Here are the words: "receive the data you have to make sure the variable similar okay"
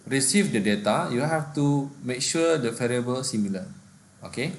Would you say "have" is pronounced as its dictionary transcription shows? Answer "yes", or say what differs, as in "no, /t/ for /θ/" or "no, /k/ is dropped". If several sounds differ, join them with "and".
no, /f/ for /v/